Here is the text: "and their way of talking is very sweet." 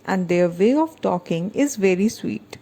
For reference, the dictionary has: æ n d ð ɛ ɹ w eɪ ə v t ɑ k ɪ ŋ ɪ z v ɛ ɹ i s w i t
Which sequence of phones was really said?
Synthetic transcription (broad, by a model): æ n d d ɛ ɹ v eɪ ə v t ɑ k ɪ ŋ ɪ z v ɛ ɹ i s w i t